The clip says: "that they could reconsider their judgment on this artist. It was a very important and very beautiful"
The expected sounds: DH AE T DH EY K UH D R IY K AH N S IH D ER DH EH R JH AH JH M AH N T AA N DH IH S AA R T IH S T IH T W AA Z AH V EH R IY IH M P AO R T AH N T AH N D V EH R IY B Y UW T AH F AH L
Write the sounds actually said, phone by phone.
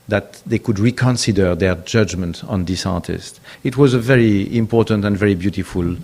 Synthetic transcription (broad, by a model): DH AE T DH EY K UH D R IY K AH N S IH D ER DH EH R JH AH JH M AH N T AA N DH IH S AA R T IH S T IH T W AA Z AH V EH R IY IH M P AO R T AH N T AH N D V EH R IY B Y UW T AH F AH L